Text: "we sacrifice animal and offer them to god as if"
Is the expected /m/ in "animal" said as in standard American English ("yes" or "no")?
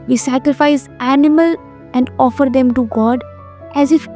yes